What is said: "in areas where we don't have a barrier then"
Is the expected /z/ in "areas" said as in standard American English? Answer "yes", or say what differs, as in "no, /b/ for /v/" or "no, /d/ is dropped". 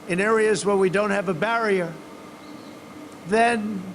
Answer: yes